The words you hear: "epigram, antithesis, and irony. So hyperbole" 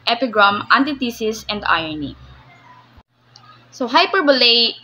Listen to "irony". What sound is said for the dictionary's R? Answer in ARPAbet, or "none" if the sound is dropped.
none